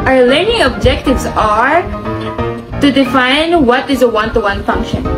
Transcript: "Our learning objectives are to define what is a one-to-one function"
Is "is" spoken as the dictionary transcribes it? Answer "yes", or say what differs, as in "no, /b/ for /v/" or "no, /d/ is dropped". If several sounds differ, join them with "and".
yes